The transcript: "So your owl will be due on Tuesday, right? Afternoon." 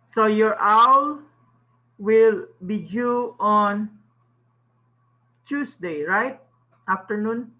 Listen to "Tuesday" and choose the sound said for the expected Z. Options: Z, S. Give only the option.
S